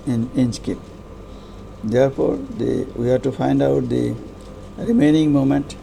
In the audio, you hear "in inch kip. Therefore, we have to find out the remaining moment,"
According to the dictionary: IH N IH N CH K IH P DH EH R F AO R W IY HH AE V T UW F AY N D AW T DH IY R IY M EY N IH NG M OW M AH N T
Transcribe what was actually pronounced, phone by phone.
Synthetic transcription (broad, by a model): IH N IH N S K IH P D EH R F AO R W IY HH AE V T UW F AY N D AW T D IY R IY M EY N IH NG M OW M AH N T